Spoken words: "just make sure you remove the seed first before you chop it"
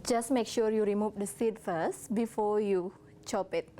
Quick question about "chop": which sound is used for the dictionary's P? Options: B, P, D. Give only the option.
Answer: P